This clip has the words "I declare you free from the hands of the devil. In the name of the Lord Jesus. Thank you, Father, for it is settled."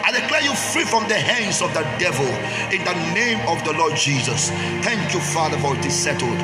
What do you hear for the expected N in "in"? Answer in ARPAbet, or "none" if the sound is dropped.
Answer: N